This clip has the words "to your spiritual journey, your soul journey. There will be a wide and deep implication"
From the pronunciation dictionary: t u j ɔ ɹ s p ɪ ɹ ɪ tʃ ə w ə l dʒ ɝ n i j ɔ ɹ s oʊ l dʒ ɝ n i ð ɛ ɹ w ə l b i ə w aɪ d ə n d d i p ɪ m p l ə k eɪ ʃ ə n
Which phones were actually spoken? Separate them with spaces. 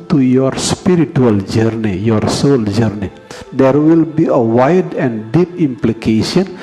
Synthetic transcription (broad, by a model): t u j ɔ ɹ s p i ɹ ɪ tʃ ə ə l dʒ ɝ n i j ɔ ɹ s oʊ l dʒ ɝ n i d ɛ ɹ w ə l b i ə w aɪ d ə n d d i p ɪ m p l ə k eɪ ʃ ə n